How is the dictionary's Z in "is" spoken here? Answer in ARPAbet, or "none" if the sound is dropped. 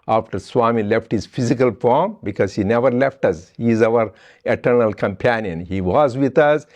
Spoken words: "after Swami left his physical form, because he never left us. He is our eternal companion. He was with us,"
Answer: Z